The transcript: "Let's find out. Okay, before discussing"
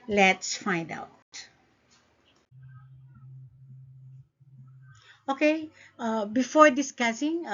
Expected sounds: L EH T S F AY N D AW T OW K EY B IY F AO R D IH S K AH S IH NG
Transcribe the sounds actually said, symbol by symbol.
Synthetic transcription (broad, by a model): L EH T S F AY N D AW T OW K EY B IY F AO R D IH S K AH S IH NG